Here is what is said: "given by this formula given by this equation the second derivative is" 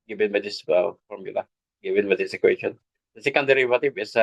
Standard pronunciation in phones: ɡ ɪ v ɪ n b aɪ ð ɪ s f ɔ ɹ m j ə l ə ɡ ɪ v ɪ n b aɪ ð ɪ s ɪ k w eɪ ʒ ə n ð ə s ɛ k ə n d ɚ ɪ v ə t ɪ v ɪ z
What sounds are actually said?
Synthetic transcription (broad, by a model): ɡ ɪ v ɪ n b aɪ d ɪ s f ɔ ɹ m j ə l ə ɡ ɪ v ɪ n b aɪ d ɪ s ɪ k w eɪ ʃ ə n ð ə s ɛ k ə n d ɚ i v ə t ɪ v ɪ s